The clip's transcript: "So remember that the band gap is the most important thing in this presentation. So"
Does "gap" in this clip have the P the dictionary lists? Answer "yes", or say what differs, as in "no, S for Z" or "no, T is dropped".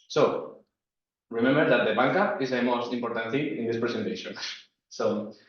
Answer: no, P is dropped